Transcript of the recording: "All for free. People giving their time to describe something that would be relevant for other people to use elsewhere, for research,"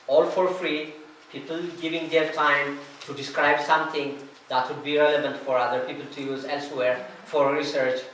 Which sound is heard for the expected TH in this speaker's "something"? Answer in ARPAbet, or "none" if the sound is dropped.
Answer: T